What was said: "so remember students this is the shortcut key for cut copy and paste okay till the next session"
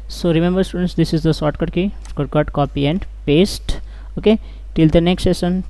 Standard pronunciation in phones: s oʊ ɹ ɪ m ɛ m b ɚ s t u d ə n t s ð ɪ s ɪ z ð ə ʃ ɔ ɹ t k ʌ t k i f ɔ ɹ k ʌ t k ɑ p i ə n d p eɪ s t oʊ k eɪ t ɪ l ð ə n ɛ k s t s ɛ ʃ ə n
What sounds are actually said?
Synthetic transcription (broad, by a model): s oʊ ɹ ɪ m ɛ m b ɚ s t u d ə n t s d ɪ s ɪ z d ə s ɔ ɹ t k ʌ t k i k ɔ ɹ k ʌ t k ɑ p i ə n d p eɪ s t oʊ k eɪ t ɪ l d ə n ɛ k s t s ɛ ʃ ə n